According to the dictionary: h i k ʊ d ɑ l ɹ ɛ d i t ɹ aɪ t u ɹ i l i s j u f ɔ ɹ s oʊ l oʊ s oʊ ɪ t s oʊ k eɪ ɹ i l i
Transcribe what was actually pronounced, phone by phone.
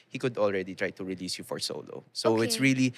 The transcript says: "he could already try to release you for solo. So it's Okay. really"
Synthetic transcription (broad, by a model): h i k ʊ d ɑ l ɹ ɛ d i t ɹ aɪ t u ɹ i l i s j u f ɔ ɹ s oʊ l oʊ s oʊ ɪ t s ɹ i l i